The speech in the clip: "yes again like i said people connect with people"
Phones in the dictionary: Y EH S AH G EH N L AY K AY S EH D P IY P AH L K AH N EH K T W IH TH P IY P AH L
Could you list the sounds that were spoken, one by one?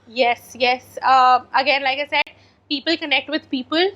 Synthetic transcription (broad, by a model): Y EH S AH G EH N L AY K AY S EH D P IY P AH L K AH N EH K T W IH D P IY P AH L